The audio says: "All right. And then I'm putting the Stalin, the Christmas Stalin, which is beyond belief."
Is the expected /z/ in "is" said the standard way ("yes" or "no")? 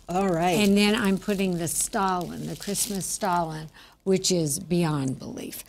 yes